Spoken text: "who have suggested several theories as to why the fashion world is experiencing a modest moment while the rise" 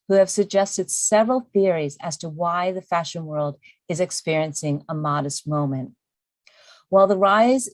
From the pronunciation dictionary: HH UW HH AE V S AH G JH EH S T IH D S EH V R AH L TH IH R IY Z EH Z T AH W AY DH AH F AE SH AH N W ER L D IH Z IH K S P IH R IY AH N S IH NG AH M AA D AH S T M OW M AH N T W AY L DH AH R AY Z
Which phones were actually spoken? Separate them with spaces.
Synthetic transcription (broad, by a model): HH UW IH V S AH G JH EH S T IH D S EH V R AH L TH IH R IY Z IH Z T AH W AY DH AH F AE SH AH N W ER L D IH Z IH K S P IH R IY AH N S IH NG AH M AA D AH S T M OW M AH N T W AY L DH AH R AY Z